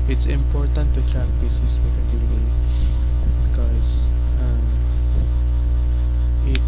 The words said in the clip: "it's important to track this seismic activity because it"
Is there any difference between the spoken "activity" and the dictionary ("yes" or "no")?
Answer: yes